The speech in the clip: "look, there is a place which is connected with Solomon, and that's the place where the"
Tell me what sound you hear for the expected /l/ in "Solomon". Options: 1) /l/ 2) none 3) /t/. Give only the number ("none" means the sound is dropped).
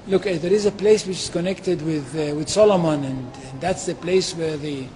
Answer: 1